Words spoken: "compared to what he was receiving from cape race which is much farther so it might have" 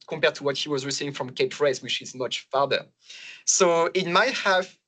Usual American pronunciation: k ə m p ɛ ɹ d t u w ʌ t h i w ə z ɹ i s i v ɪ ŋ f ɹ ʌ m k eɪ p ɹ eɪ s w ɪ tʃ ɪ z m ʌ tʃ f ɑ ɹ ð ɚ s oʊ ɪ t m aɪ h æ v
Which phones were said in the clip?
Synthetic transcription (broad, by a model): k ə m p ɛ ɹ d t u w ʌ t h i w ə z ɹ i s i ɪ ŋ f ɹ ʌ m k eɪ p ɹ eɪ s w ɪ tʃ ɪ z m ʌ tʃ f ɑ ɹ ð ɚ s oʊ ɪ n m aɪ h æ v